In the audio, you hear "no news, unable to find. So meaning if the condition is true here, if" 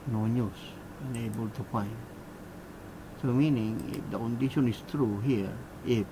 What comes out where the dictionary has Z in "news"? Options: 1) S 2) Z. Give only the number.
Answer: 1